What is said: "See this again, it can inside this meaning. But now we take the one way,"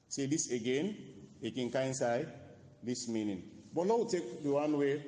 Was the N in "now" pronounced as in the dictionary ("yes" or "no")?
no